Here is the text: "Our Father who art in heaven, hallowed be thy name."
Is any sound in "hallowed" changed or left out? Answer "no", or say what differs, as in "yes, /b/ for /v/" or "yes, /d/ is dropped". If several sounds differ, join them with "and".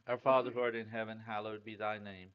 no